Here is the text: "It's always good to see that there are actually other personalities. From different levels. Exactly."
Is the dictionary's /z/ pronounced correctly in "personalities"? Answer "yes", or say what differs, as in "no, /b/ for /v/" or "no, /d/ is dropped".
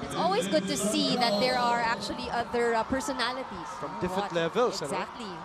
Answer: no, /s/ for /z/